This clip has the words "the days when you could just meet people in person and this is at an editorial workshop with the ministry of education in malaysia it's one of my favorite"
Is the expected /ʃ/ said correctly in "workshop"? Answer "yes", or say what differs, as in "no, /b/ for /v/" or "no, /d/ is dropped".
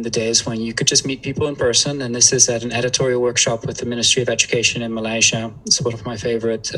yes